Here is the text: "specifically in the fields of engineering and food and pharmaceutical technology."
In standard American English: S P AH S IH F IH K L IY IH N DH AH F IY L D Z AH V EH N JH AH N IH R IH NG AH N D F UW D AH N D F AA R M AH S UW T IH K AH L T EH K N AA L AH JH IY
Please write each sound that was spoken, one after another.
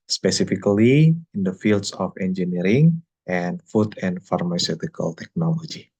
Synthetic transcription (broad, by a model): S P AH S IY F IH K L IY IH N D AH F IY L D S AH F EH N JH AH N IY R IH NG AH N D F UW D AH N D F AA R M AH S UW T IH K AH L T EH K N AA L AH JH IY